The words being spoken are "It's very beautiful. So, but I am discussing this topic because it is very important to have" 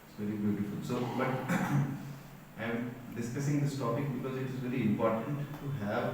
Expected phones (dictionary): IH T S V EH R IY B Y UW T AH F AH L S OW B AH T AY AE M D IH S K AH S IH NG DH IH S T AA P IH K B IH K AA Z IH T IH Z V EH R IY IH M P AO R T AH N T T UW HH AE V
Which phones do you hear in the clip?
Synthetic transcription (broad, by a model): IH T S V EH R IY B Y UW T AH F AH L S OW B AH T AY M D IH S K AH S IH NG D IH S T AA P IH K B IH K AA Z IH T IH Z V EH R IY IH M P AO R T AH N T T UW HH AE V